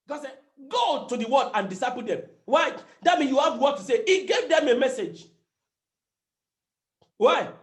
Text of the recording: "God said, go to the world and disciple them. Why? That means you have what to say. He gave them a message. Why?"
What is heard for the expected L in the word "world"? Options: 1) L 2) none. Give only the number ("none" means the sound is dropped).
2